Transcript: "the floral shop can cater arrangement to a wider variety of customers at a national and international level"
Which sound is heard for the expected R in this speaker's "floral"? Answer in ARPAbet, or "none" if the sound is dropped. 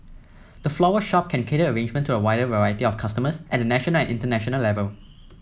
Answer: W